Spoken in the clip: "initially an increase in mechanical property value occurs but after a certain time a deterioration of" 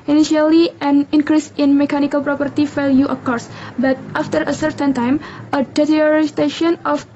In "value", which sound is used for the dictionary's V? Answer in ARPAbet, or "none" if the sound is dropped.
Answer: F